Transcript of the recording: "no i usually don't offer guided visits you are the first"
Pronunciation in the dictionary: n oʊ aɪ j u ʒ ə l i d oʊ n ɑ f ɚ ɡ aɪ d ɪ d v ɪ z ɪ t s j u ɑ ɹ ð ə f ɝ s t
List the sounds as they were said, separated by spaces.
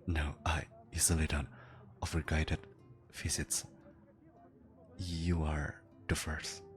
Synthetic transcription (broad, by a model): n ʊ aɪ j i z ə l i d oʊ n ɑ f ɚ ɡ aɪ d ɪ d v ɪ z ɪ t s j u ɑ ɹ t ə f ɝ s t